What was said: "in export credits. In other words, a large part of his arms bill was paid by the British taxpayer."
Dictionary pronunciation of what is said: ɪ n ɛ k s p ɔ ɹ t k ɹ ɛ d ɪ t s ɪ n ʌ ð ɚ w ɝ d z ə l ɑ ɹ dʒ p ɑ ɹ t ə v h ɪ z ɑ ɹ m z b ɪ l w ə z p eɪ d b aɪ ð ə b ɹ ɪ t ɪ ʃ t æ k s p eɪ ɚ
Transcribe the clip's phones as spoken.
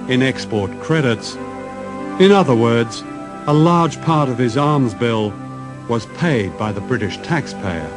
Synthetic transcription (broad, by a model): ɪ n ɛ k s p ɔ ɹ t k ɹ ɛ d ɪ t s ɪ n ʌ ð ɚ w ɝ d z ə l ɑ ɹ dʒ p ɑ ɹ t ə v ɪ z ɑ ɹ m z b ɪ l w ə z p eɪ d b aɪ ð ə b ɹ ɪ t ɪ ʃ t æ k s p eɪ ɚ